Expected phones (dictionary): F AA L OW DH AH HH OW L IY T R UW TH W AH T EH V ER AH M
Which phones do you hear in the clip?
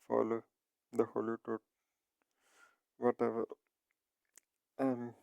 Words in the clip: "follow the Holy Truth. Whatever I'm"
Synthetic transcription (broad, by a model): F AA L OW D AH HH OW L IY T UW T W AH T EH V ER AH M